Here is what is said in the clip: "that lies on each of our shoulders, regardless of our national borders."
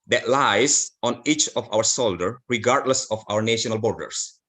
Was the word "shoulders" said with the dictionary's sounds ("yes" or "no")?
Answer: no